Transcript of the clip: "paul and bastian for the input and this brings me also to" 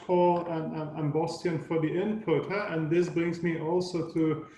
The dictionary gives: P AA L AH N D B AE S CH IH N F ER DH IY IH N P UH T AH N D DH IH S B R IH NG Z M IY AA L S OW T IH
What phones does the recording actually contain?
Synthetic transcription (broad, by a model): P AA L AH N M B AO S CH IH N F ER DH IY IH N P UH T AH N DH IH S B R IH NG Z M IY AA L S OW T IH